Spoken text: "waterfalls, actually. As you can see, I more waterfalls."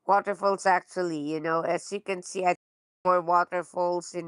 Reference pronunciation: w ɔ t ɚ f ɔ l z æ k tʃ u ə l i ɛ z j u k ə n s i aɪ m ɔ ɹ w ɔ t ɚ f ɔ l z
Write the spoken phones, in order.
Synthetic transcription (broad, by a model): w ɔ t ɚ f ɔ l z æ k tʃ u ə n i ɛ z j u k ə n s i aɪ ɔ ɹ w ɔ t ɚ f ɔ l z